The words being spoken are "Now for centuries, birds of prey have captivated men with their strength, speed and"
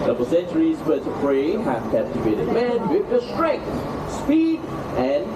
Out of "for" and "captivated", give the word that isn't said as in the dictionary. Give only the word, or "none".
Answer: for